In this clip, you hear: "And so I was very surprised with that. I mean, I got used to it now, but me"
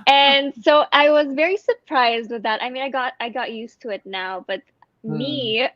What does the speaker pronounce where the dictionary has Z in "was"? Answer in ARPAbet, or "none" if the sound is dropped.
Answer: Z